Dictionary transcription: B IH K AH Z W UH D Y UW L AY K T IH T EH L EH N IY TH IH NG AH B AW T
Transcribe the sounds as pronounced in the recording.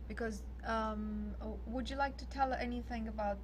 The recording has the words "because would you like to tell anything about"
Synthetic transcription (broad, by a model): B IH K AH Z W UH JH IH L AY K T IH T EH L EH N IY TH IH NG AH B AW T